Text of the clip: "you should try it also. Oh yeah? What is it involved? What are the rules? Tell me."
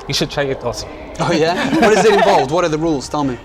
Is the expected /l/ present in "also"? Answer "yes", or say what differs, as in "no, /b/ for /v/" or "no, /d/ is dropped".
no, /l/ is dropped